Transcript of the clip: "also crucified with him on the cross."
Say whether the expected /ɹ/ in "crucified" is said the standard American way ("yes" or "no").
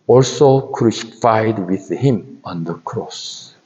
yes